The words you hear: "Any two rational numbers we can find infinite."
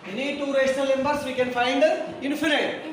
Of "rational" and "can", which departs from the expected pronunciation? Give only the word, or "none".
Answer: rational